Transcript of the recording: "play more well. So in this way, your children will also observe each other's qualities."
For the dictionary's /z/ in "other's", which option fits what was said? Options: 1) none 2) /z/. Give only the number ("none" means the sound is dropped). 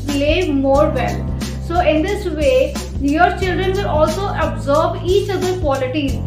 1